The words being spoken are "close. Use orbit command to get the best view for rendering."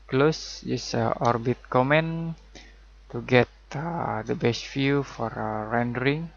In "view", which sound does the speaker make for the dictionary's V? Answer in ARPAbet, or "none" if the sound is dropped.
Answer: F